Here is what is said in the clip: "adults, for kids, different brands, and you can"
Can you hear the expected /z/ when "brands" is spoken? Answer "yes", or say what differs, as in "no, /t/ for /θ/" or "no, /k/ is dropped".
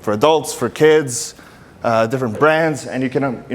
yes